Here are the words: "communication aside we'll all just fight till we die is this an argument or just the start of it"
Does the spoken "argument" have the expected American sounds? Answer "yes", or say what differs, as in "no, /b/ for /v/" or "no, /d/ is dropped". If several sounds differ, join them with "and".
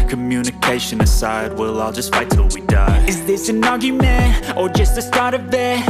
no, /n/ is dropped